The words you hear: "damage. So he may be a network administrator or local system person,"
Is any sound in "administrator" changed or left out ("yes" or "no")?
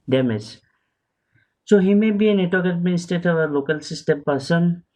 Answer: yes